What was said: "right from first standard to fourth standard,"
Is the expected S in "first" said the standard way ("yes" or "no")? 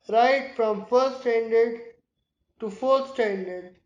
no